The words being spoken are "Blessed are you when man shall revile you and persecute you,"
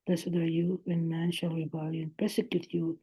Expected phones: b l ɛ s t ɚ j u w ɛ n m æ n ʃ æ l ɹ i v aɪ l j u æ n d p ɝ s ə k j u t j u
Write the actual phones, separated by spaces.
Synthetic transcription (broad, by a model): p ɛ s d ɚ j u w ɛ n m æ n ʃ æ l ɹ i b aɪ l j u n p ɝ s ə k j u t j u